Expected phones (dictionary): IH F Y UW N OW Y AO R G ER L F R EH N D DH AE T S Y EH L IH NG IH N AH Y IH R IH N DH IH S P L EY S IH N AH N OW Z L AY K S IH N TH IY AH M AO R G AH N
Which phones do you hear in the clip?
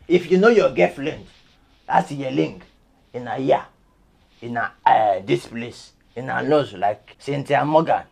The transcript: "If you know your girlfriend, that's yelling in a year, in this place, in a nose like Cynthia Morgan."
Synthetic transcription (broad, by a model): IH F Y UW N OW Y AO G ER F L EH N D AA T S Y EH L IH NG IH N AH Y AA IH N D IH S P L EY S IH N AH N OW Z L AY K S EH N T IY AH M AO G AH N